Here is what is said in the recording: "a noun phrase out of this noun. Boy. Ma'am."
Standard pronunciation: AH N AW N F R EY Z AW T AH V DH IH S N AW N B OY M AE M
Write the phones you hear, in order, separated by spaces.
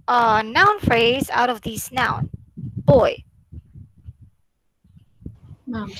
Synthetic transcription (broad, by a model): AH N AW N F R EY Z AW T AH V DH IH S N AW N B OY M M